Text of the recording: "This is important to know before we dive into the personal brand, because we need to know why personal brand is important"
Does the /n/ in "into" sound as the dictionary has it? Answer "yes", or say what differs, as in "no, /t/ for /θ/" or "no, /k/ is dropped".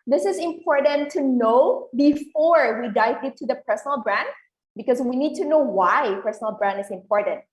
no, /n/ is dropped